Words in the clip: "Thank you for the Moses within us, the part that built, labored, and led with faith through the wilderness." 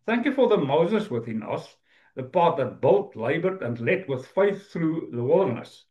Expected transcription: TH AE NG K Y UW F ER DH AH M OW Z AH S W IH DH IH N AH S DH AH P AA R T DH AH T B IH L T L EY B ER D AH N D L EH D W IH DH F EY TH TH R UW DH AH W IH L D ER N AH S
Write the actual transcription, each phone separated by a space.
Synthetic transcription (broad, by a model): TH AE NG K Y UW F ER DH AH M OW Z AH S W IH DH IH N AH S DH AH P AA R T DH AH T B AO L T L EY B ER D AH N L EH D W IH DH F EY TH TH R UW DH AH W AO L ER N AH S